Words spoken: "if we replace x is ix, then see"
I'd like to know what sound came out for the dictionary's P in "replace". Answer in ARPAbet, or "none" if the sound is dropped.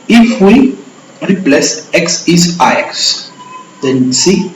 P